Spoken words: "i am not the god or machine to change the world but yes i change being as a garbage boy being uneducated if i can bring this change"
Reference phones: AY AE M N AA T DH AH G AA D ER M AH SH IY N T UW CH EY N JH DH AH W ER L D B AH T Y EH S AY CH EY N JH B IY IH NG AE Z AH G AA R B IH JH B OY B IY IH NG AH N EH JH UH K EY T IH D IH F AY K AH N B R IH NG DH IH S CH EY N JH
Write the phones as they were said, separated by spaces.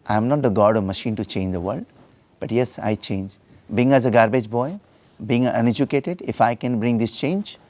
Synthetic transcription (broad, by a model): AY M N AA T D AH G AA D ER M AH SH IY N T UW CH EY N JH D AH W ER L D B AH T Y EH S AY CH EY N JH B IY IH NG AE Z AH G AA R B IH JH B OY B IY IH NG AH N EH JH UH K EY T IH D IH F AY K AH N B R IH NG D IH S CH EY N JH